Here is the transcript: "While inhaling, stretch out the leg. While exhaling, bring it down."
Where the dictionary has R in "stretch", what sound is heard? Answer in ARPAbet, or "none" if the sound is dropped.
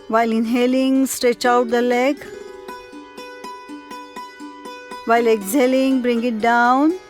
R